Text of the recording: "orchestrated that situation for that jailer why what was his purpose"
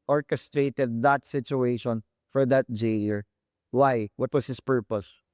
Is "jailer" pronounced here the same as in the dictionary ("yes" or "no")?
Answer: no